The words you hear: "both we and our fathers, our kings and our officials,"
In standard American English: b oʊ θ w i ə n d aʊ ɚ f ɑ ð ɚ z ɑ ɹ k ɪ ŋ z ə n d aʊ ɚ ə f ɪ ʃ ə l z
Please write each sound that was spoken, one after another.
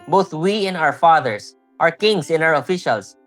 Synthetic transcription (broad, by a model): b oʊ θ w i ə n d aʊ ɚ f ɑ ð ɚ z ɑ ɹ k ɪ ŋ s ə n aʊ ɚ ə f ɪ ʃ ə l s